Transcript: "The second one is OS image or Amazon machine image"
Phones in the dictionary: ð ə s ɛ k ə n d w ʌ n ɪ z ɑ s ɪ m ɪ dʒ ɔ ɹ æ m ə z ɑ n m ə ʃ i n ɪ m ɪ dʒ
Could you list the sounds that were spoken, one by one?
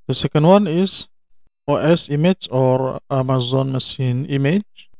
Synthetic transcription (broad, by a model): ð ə s ɛ k ə n d w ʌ n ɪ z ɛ s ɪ m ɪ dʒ ɔ ɹ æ m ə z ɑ n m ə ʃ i n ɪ m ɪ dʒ